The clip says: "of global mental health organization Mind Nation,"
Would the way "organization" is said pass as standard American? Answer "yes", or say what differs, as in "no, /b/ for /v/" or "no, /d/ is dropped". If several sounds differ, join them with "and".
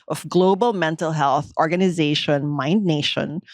yes